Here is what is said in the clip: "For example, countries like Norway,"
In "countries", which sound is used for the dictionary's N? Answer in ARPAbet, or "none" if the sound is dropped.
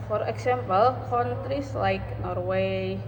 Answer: none